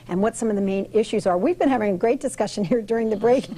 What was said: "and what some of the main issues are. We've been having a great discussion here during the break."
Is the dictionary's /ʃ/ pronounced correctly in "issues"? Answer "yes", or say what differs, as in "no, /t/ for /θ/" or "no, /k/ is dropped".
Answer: yes